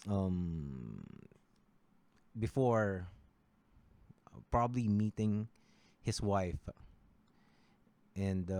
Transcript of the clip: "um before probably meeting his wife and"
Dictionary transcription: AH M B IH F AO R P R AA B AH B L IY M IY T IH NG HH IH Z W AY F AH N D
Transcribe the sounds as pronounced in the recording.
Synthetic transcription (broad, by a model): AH M B IH F AO R P R AA B AH B L IY M IY T IH NG HH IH S W AY F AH N D